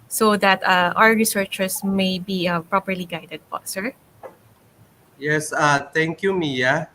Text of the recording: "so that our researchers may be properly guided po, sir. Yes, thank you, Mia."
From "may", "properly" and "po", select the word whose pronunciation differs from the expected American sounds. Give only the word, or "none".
po